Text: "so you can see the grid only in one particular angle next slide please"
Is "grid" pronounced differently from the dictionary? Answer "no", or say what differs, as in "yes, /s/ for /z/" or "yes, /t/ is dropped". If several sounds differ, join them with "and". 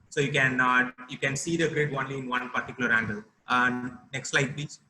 no